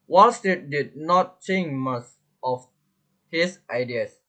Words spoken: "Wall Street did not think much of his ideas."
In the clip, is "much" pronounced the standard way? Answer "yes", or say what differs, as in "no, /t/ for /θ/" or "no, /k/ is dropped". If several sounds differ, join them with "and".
no, /s/ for /tʃ/